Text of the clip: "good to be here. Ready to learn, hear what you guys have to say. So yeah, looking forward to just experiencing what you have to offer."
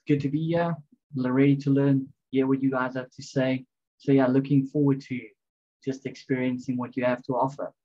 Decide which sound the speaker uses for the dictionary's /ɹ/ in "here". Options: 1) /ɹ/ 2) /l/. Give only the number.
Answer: 2